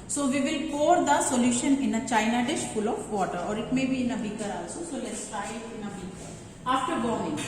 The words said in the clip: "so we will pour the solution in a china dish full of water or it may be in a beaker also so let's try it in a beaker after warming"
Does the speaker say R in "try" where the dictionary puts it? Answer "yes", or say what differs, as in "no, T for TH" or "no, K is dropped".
no, R is dropped